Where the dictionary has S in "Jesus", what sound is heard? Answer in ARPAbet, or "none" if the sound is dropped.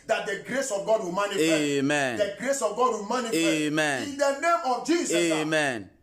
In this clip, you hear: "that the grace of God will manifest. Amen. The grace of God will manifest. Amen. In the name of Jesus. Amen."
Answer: none